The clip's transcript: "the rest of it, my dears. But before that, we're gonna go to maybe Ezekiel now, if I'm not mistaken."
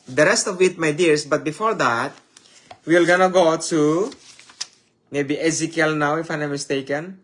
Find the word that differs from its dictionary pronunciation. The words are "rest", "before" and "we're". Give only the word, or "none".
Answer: we're